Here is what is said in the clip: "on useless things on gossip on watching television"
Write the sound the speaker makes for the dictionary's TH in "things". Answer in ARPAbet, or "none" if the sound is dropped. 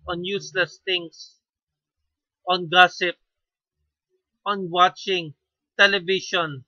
T